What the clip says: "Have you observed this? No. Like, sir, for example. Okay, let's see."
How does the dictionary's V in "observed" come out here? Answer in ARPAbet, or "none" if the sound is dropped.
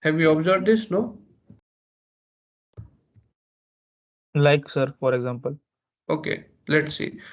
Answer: B